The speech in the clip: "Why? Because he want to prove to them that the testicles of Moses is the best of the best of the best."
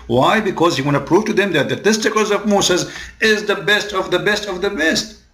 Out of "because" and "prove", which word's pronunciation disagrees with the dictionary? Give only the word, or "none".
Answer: none